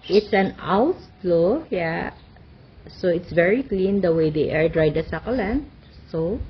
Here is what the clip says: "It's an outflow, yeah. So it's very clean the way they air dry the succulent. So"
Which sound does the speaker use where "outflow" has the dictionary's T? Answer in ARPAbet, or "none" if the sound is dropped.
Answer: S